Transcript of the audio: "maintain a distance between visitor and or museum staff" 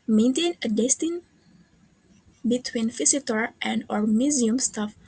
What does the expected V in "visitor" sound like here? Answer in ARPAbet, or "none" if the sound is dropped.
F